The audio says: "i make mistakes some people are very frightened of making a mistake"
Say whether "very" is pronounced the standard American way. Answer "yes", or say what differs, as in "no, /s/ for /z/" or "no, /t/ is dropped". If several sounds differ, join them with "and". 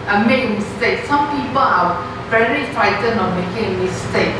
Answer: no, /l/ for /ɹ/